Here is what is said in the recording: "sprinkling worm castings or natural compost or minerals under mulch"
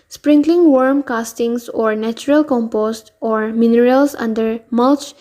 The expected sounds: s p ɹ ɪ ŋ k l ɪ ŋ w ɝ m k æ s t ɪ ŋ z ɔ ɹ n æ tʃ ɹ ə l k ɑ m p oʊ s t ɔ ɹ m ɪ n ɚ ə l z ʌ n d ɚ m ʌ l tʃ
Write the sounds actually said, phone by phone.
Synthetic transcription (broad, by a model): s p ɹ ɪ ŋ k l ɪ ŋ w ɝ m k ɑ s t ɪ ŋ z ɔ ɹ n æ tʃ ɹ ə l k ɑ m p oʊ s t ɔ ɹ m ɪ n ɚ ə l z ʌ n d ɚ m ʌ l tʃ